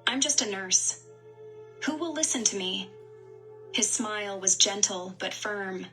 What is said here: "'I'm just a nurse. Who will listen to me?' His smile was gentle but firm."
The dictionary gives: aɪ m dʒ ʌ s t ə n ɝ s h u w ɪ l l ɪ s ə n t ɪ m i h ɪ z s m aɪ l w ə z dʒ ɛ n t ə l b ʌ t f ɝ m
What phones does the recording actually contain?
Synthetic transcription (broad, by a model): aɪ m dʒ ʌ s t ə n ɝ s h u w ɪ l l ɪ s ə n t ɪ m i h ɪ z s m aɪ l w ə z dʒ ɛ n t l b ʌ t f ɝ m